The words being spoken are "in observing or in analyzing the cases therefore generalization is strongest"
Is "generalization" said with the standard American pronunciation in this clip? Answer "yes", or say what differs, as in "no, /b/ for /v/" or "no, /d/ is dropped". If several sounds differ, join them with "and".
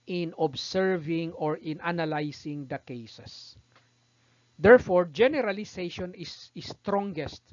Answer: no, /s/ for /z/